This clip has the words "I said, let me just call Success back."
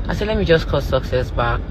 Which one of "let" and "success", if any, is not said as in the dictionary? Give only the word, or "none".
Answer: none